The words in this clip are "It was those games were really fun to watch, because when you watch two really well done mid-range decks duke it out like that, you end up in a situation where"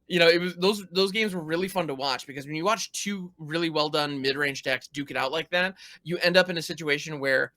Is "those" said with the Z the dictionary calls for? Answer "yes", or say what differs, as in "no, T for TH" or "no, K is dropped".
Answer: yes